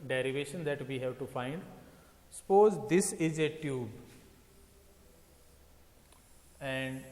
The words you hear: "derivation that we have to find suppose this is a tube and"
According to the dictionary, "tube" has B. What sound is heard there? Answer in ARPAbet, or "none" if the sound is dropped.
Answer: B